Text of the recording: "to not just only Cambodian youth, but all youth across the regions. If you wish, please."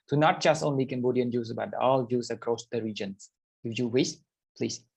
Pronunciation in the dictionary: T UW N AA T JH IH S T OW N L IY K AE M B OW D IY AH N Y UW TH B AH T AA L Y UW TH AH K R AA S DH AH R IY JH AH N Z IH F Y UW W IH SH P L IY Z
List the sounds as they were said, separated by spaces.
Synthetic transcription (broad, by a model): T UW N AA T JH IH S T OW N L IY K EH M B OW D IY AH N Y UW S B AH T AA L Y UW S AH K R AA S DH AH R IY JH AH N S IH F Y UW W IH S P L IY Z